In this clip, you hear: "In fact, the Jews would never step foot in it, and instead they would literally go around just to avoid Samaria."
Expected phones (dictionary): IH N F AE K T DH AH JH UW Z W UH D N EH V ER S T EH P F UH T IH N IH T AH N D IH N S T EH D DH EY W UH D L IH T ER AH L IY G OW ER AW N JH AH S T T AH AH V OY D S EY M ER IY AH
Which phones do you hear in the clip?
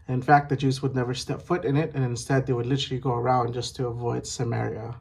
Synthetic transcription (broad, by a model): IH N F AE K T DH AH JH UW Z W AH D N EH V ER S T EH P F UH T IH N IH T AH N IH N S T EH D DH EY W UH D L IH T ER L IY G OW ER AW N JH AH S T T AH AH V OY D S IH M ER IY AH